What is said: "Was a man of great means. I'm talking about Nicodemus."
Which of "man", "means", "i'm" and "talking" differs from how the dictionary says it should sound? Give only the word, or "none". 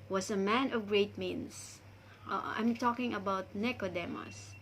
means